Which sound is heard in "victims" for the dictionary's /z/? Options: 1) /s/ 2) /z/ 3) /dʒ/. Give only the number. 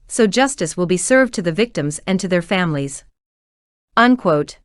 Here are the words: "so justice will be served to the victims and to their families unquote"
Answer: 2